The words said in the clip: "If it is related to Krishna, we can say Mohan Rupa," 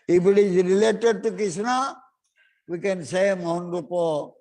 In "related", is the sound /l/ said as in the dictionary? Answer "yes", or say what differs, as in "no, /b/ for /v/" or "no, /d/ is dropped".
yes